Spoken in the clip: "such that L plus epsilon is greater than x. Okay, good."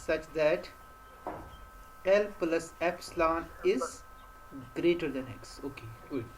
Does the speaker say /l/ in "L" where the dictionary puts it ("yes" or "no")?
yes